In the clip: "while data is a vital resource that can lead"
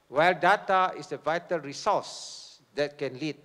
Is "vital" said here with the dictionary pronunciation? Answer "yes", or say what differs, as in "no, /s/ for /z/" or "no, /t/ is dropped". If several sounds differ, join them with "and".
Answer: yes